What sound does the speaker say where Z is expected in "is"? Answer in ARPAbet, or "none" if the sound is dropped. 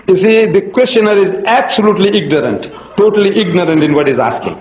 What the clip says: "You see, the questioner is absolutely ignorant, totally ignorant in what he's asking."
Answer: Z